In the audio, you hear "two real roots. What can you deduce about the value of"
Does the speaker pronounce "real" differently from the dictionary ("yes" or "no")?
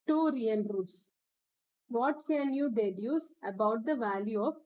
yes